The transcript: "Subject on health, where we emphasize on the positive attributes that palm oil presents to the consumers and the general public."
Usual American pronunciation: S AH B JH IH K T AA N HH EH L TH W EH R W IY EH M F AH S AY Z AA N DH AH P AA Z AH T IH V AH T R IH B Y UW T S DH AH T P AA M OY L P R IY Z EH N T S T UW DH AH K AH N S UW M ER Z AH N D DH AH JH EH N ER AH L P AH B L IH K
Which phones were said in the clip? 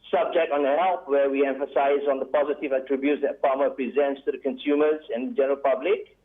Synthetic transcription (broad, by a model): S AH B JH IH K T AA N HH EH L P W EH W IY EH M F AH S AY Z AA N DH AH P AA Z AH T IH V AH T R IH B Y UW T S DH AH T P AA M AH P R IY Z EH N T S T UW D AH K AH N S UW M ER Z AH N D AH JH EH N ER AH L P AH B L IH K